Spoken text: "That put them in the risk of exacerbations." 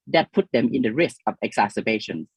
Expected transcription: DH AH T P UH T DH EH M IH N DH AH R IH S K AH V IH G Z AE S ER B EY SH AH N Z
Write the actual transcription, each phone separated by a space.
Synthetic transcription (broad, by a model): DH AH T P UH T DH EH M IH N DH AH R IH S K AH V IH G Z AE S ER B EY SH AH N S